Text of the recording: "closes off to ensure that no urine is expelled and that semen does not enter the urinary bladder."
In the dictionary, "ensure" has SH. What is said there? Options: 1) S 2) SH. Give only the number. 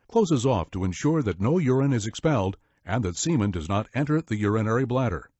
2